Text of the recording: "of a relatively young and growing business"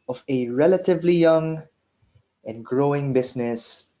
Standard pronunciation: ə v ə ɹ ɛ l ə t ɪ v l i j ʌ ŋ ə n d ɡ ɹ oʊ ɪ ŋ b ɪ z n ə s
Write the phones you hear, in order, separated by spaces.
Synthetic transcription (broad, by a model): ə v ə ɹ ɛ l ə t ɪ v l i j ʌ ŋ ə n ɡ ɹ oʊ ɪ ŋ b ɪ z n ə s